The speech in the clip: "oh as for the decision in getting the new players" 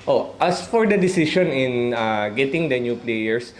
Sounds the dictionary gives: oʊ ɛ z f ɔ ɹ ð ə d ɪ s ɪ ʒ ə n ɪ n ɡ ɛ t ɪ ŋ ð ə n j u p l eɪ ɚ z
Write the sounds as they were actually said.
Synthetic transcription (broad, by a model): oʊ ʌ s f ɔ ɹ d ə d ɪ s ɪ ʃ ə n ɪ n ɡ ɛ t ɪ ŋ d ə n j u p l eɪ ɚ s